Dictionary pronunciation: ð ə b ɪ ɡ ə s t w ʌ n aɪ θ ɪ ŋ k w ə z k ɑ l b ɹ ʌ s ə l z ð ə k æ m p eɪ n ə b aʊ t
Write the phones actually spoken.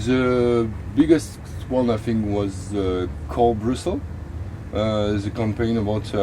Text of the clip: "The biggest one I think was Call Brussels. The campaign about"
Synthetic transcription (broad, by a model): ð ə b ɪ ɡ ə s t w ʌ n aɪ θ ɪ ŋ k w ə z k ɑ l b ɹ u s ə z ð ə k æ m p eɪ n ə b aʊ t